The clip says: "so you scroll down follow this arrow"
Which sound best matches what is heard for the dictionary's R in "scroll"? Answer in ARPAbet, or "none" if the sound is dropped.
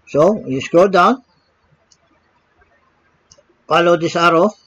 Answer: none